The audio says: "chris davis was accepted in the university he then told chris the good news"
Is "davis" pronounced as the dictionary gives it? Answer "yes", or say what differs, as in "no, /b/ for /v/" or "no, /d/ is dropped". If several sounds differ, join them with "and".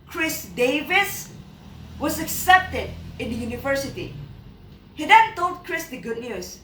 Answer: yes